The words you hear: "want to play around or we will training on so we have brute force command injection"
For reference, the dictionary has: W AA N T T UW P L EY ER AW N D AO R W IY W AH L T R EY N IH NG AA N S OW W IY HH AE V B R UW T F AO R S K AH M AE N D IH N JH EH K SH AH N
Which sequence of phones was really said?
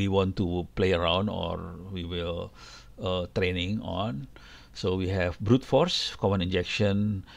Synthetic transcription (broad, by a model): W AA N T T UW P L EY ER AW N D AO R W IY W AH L T R EY N IH NG AA N S OW W IY HH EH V B R UW T F AO R S K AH M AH N IH N JH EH K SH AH N